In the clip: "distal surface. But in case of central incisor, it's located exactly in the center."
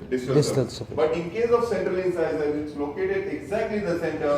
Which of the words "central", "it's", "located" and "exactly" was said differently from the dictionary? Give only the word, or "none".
none